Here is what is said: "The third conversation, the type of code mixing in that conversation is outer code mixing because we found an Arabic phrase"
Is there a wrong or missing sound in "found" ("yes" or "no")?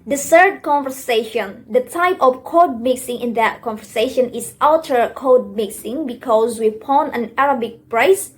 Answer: yes